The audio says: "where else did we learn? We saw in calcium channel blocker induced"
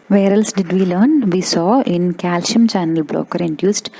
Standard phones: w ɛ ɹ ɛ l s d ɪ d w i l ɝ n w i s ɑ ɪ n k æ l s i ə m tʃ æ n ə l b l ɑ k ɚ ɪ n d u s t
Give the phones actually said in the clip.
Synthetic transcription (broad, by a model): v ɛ ɹ ɛ l s d ɪ d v i l ɝ n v i s ɑ ɪ n k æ l ʃ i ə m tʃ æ n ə l b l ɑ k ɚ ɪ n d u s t